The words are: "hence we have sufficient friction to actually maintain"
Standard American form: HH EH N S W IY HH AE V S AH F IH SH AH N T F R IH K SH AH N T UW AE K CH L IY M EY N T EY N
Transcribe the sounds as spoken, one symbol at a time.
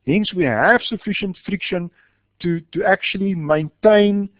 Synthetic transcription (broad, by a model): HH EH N S W IY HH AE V S AH F IH SH AH N T F R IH K SH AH N T UW AE K CH L IY M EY N T EY N